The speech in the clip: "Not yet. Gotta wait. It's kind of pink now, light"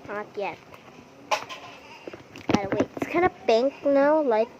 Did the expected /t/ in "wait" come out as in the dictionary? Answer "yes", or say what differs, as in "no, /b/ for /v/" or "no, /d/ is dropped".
no, /t/ is dropped